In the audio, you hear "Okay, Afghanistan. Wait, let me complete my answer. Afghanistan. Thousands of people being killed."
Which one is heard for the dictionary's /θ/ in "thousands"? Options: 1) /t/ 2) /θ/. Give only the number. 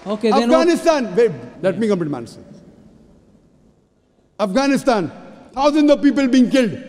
1